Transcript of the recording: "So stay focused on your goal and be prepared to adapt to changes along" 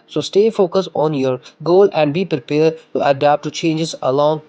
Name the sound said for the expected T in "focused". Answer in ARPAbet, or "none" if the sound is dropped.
none